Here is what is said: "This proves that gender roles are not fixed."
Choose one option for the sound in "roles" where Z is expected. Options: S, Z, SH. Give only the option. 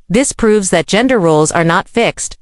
Z